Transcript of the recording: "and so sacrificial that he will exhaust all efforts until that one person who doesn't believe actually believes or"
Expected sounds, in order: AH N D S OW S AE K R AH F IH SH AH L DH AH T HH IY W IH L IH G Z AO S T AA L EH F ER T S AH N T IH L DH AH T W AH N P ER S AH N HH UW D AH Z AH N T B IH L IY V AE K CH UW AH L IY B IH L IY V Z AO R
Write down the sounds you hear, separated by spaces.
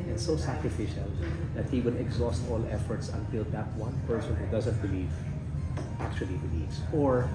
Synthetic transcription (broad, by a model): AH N S OW S AE K R AH F IH SH AH L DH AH T HH IY W IH L IH G Z AO S T AA L EH F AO T S AH N T IH L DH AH T W AH N P ER S AH N HH UW D AH Z AH N T B IH L IY V AE K CH UW AH L IY B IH L IY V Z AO R